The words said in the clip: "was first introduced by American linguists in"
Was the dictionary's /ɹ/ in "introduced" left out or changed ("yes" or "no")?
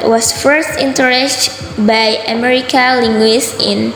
yes